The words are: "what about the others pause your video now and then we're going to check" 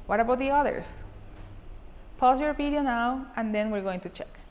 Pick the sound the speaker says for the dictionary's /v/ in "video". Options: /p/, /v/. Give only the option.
/p/